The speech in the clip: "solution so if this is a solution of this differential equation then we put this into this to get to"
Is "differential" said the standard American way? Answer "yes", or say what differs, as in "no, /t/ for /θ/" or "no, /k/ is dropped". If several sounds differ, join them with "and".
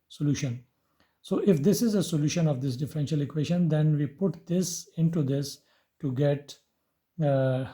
yes